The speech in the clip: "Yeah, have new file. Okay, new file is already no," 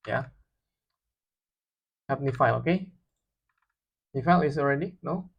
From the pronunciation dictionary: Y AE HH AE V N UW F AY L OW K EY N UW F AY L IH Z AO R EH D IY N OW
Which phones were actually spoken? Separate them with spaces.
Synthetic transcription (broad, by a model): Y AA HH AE P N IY F AY L OW K EY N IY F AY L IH S AO R EH D IY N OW